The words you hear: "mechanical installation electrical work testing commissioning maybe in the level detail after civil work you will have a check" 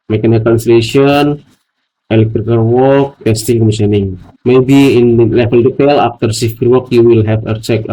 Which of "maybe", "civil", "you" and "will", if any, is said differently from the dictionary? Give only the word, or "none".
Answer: civil